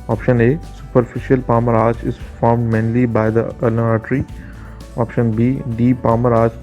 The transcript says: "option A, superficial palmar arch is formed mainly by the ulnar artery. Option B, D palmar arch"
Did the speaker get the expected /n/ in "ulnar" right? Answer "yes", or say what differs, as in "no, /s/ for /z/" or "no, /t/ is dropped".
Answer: no, /n/ is dropped